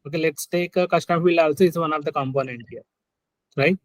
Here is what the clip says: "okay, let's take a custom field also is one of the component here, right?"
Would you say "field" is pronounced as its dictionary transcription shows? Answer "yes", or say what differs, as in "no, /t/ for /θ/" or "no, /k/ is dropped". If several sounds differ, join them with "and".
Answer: no, /d/ is dropped